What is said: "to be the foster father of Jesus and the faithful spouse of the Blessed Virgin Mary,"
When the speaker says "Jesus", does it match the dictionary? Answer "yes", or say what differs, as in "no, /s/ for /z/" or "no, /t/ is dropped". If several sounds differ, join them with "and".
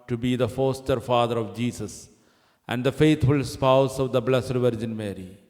no, /s/ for /z/